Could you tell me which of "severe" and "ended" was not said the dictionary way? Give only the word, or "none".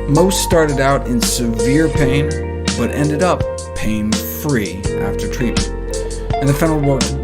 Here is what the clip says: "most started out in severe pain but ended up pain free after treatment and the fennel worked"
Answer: none